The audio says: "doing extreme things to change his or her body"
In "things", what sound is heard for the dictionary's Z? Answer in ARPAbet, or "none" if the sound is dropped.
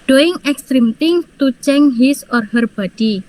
none